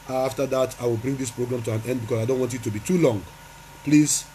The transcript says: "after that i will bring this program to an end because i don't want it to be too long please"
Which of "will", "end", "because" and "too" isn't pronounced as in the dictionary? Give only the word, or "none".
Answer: because